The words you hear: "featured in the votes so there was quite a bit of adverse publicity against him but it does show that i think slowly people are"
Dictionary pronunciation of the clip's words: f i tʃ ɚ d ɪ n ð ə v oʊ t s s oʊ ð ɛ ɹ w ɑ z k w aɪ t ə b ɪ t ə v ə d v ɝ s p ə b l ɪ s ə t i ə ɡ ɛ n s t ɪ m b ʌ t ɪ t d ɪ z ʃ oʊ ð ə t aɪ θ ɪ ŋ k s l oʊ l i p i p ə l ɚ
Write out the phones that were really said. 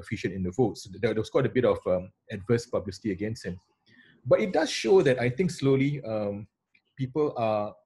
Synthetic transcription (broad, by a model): f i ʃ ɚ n ɪ n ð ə v oʊ t s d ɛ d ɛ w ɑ s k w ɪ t ə b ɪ t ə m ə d v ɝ s p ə b l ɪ s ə t i ə ɡ ɛ n s t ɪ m b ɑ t ɪ t d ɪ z ʃ oʊ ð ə t aɪ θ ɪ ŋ k s l oʊ l i p i p ə l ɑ